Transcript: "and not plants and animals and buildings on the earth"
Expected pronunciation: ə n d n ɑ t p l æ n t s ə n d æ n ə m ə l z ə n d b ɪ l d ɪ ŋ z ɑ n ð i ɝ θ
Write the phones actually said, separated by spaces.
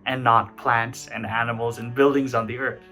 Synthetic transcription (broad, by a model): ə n n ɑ t p l æ n t s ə n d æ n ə m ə l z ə n b ɪ l d ɪ ŋ z n ð i ɝ θ